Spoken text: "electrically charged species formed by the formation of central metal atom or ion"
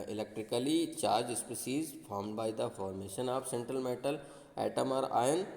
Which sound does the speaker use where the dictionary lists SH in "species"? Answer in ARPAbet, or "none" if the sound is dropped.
S